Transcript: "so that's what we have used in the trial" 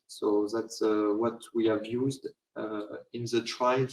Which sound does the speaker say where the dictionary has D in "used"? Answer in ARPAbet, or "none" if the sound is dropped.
D